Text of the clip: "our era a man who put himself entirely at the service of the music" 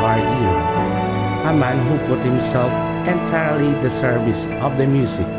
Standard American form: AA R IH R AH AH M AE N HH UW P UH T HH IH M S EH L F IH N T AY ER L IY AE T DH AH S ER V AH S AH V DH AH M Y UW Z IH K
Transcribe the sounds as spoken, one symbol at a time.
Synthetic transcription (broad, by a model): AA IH AH AH M AE N HH UW P UH T HH IH M S EH L F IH N T AY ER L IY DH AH S ER V AH S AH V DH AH M Y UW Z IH K